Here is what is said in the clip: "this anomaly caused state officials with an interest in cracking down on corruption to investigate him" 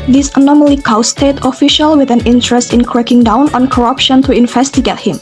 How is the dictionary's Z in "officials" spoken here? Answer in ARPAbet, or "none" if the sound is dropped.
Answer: none